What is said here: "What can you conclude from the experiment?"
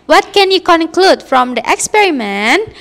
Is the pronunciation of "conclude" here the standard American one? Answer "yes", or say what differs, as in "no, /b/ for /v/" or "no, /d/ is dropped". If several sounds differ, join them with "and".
yes